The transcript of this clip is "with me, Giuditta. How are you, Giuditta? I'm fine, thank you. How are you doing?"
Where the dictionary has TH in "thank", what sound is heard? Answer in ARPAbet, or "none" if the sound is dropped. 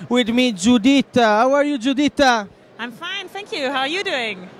TH